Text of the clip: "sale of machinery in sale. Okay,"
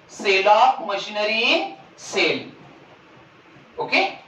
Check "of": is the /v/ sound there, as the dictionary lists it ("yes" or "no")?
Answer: no